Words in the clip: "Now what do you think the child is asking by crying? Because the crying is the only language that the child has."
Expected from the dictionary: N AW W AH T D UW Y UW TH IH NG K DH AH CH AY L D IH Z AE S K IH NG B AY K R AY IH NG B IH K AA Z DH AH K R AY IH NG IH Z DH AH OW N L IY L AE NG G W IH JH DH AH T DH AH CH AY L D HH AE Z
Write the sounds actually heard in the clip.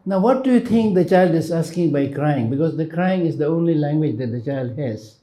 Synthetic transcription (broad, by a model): N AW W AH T D UW Y UW T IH NG K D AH CH AY L D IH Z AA S K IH NG B AY K R AY IH NG B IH K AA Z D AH K R AY IH NG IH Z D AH OW N L IY L AE NG G W IH JH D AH T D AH CH AY L D HH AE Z